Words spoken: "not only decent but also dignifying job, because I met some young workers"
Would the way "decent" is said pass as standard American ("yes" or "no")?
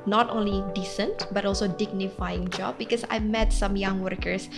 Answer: yes